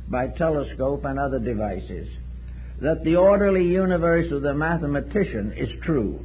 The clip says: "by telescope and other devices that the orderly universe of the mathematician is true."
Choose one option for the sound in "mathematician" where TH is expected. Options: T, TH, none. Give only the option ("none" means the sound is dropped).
TH